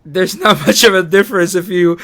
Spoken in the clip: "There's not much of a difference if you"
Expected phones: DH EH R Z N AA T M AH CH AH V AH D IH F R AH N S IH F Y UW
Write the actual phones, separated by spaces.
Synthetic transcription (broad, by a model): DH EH R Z N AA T M AH CH AH V AH D IH F R AH N S IH F Y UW